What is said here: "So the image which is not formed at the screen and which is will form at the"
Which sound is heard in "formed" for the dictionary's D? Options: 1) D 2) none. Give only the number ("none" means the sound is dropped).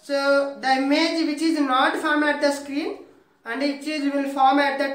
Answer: 2